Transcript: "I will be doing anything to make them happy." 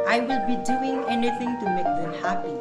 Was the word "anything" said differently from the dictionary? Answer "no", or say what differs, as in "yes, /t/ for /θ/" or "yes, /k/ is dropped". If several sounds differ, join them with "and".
yes, /t/ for /θ/